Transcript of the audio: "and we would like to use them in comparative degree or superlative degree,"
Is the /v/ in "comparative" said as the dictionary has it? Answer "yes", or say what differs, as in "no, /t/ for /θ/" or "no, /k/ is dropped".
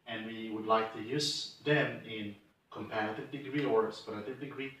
yes